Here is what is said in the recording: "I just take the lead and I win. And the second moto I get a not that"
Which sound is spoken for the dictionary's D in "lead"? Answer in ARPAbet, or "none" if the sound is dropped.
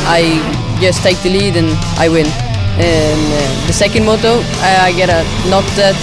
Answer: D